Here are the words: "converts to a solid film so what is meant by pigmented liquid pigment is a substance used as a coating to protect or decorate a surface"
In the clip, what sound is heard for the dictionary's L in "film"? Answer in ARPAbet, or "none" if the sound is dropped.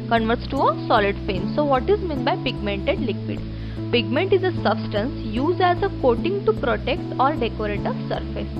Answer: none